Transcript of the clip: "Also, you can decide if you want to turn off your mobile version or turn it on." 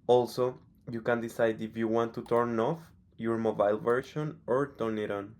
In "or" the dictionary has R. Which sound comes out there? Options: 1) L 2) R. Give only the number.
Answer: 2